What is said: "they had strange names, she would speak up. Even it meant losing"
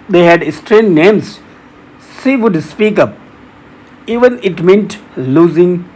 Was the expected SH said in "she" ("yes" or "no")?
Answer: no